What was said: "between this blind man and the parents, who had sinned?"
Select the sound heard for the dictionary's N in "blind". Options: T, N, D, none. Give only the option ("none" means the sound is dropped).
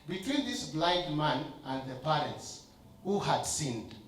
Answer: none